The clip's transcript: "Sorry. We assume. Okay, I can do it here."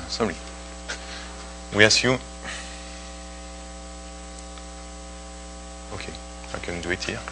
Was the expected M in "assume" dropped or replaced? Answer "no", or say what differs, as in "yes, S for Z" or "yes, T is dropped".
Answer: yes, M is dropped